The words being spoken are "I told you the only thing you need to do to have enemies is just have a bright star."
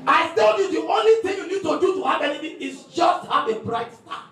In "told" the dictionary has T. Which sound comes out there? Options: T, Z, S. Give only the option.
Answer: S